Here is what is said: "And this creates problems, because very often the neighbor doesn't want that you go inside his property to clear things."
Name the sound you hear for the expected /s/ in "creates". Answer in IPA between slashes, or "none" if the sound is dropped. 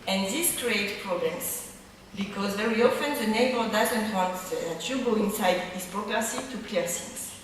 none